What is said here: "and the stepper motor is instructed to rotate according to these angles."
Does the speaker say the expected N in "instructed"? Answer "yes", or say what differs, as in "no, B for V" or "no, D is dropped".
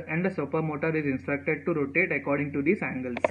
yes